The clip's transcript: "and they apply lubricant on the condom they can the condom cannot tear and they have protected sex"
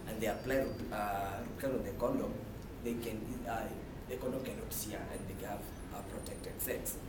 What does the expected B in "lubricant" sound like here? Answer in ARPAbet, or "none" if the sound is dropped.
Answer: none